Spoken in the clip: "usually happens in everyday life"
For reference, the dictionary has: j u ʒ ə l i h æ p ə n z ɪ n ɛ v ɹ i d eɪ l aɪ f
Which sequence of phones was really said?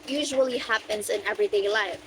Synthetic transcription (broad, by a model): j u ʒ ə l i h æ p ə n z ɪ n ɛ v ɹ i d eɪ l aɪ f